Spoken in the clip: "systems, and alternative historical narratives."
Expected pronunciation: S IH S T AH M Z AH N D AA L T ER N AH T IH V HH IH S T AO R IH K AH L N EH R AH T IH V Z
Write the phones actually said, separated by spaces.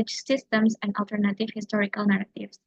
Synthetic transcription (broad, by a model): S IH S T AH M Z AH N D AA L T ER N AH T IH V HH IH S T AO R IH K AH L N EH R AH T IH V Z